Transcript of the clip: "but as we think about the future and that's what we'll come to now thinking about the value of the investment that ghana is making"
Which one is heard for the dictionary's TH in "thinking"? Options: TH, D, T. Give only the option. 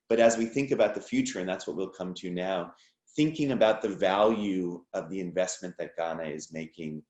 TH